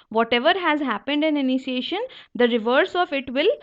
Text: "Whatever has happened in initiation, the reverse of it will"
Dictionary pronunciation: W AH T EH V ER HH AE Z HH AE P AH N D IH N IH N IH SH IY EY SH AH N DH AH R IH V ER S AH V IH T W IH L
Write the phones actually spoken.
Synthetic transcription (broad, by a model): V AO T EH V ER HH AE Z HH AE P AH N D IH N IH N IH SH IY EY SH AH N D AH R IH V ER S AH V IH T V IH L